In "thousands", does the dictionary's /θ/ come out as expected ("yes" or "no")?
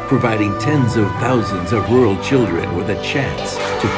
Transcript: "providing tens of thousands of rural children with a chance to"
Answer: yes